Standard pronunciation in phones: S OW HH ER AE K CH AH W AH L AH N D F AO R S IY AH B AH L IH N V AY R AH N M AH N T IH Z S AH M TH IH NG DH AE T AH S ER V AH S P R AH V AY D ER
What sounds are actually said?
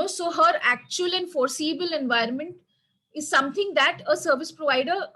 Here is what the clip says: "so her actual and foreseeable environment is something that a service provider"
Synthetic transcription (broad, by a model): S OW HH ER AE K CH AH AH L AH N D F AO R S IY AH B AH L IH N V AY R AH N M AH N T IH Z S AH M T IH NG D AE T AH S ER V AH S P R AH V AY D ER